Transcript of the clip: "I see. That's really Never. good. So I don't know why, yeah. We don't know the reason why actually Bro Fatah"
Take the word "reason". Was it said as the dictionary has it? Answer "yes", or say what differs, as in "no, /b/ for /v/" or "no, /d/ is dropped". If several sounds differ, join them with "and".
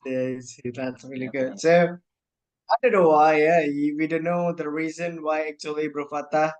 yes